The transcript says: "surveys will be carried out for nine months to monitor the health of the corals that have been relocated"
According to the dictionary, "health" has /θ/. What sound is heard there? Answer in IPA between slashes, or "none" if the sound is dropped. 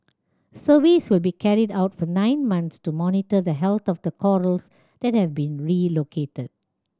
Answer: /t/